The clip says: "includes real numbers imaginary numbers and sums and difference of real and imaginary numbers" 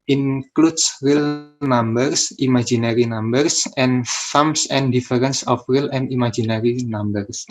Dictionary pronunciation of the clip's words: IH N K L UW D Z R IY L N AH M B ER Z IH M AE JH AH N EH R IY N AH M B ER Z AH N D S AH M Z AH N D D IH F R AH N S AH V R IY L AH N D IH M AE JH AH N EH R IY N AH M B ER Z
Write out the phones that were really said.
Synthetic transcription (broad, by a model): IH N K L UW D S R IY L N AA M B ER S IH M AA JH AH N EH R IY N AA M B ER S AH N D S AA M S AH N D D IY F R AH N S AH F R IY L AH N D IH M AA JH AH N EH R IY N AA M B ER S